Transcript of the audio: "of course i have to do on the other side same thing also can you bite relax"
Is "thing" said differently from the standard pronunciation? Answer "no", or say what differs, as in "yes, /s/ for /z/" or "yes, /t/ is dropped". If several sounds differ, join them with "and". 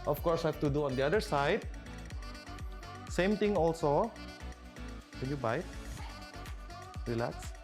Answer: yes, /t/ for /θ/